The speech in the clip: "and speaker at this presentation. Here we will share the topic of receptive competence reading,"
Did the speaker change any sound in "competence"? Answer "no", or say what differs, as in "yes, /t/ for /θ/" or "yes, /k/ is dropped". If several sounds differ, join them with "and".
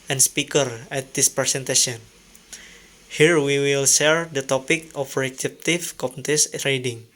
yes, /n/ is dropped